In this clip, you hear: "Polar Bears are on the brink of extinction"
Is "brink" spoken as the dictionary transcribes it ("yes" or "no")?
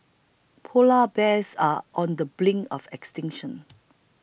no